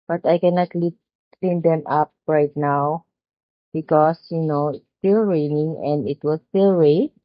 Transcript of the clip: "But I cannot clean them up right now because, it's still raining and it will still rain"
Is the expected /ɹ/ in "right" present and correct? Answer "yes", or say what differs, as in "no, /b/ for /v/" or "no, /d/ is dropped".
yes